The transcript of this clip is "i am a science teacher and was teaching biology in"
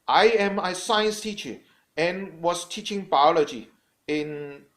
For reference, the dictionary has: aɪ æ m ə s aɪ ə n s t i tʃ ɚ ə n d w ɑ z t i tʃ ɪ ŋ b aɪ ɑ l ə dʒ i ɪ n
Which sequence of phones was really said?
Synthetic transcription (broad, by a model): aɪ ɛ m ə s aɪ ə n s t i tʃ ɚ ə n w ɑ s t i tʃ ɪ ŋ b aɪ ɑ l ə dʒ i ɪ n